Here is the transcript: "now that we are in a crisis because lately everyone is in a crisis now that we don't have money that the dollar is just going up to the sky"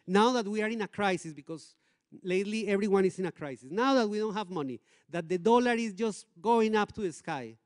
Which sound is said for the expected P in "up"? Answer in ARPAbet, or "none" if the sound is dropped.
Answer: P